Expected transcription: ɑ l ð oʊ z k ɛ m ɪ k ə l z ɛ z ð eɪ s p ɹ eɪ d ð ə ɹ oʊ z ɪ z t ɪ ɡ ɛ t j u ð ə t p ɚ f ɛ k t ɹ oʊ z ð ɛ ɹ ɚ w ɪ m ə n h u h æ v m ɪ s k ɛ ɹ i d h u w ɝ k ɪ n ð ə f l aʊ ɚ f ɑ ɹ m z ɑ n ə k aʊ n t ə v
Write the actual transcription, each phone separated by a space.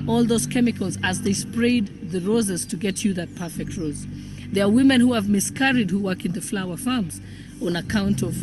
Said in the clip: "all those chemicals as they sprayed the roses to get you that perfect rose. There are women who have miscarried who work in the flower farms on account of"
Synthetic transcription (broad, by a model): ɑ l ð oʊ z k ɛ m ɪ k ə l z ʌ z ð eɪ s p ɹ eɪ d ð ə ɹ oʊ z ɪ z t ɪ ɡ ɛ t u ð ə t p ɚ f ɛ k t ɹ oʊ z ð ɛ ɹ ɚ w ɪ m ə n h u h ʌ v m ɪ s k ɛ ɹ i d h u w ɝ k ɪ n ð ə f l aʊ ɚ f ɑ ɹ m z ɑ n ə k aʊ n t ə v